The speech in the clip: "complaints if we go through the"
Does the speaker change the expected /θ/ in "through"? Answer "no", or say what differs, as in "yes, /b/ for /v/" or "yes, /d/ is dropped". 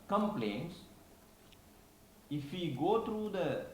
yes, /t/ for /θ/